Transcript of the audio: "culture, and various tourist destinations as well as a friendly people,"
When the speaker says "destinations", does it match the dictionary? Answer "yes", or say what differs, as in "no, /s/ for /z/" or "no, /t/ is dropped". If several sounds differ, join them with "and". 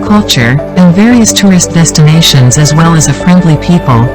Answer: yes